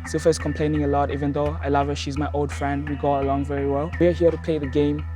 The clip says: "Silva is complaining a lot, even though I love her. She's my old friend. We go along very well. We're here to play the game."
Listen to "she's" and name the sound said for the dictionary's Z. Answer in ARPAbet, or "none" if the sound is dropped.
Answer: Z